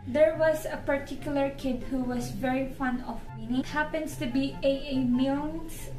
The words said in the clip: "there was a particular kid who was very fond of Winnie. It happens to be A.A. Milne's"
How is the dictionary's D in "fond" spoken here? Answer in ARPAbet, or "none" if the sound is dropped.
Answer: none